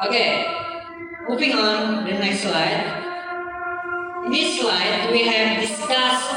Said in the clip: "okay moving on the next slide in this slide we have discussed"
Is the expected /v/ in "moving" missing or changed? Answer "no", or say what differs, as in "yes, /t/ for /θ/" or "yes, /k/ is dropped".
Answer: yes, /p/ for /v/